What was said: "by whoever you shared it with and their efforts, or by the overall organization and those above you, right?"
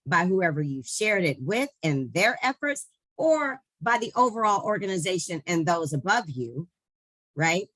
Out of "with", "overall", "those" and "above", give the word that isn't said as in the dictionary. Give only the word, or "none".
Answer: none